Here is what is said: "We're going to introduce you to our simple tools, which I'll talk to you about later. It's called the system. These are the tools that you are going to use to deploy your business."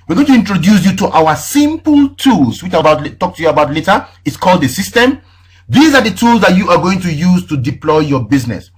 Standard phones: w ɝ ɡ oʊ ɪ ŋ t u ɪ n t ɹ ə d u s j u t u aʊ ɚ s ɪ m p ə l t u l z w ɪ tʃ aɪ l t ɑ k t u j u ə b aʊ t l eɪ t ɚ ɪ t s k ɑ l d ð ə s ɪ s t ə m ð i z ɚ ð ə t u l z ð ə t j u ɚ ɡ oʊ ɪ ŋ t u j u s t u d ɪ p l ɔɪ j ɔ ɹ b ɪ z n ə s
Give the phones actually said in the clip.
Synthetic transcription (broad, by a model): w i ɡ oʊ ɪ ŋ t u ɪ n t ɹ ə d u s j u t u aʊ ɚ s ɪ m p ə l t u l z w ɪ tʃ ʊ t t ɑ k t u j u ə b aʊ t l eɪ t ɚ ɪ t s k ɑ l d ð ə s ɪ s t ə m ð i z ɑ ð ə t u l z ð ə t j u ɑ ɡ oʊ ɪ ŋ t u j u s t u d ɪ p l ɔɪ j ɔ b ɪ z n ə s